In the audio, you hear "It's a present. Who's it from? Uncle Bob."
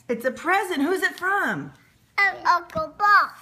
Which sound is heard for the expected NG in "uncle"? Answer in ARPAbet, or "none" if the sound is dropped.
none